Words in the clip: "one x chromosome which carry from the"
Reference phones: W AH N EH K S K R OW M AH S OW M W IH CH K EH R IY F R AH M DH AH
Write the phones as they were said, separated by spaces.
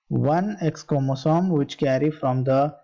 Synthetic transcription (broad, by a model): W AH N EH K S K OW M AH S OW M W IH CH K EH R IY F R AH M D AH